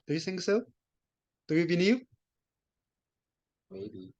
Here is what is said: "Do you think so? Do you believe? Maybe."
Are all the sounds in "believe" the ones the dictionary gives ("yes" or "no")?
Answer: no